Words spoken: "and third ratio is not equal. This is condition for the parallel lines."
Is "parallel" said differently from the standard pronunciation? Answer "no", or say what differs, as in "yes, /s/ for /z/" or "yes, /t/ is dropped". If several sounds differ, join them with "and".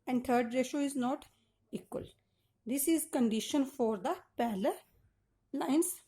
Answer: yes, /l/ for /ɹ/